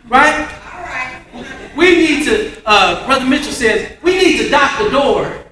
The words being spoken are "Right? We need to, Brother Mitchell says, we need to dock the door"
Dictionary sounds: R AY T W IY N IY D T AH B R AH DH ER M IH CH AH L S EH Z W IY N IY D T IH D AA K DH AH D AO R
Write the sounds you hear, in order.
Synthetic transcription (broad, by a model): R AY T W IY N IY D T AH B R AH DH ER M IH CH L S EH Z W IY N IY D T IH D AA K DH AH D AO R